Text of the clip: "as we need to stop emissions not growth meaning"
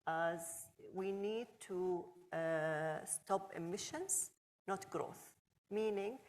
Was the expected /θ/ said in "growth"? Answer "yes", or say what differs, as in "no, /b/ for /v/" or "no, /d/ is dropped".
yes